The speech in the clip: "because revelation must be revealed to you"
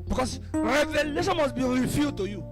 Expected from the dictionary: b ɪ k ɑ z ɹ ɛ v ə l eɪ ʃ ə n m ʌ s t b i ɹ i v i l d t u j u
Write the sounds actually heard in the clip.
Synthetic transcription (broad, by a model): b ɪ k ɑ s ɹ ɛ v ə l eɪ ʃ ə n m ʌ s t b i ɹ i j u d t u j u